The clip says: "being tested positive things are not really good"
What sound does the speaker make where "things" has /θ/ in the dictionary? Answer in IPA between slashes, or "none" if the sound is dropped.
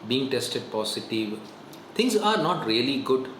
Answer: /t/